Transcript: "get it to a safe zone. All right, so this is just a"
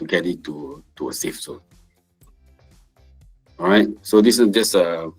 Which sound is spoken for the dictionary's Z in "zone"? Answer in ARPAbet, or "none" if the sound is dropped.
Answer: S